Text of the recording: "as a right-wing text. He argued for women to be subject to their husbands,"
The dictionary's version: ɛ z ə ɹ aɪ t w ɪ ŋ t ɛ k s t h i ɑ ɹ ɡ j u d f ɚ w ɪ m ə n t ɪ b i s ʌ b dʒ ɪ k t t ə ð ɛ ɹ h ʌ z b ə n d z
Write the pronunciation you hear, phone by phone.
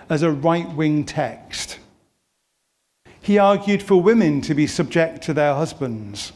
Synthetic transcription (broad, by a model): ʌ z ə ɹ aɪ t w ɪ ŋ t ɛ k s t h i ɑ ɹ ɡ j u d f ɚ w ɪ m ə n t ɪ b i s ʌ b dʒ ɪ k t t ə ð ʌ ɹ h ʌ z b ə n d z